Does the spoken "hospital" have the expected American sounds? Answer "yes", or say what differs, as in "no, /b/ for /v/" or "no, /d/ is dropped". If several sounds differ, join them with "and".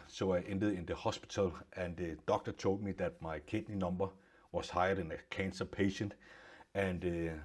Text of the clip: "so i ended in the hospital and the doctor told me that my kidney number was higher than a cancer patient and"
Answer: no, /s/ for /t/